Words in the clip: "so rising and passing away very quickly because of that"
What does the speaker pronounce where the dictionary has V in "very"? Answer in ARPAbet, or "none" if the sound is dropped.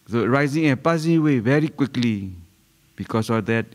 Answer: V